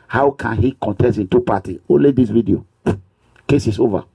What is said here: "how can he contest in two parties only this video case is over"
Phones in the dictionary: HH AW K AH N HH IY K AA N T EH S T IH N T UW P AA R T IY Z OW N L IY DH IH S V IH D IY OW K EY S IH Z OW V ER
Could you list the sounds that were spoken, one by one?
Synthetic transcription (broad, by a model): HH AW K AH N HH IY K AA N T EH S T IH N T UW P AA T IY OW N L IY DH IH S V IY D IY OW K EY S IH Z OW V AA